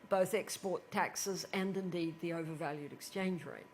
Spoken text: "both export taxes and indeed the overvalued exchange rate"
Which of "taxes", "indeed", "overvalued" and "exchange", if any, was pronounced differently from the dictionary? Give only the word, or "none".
none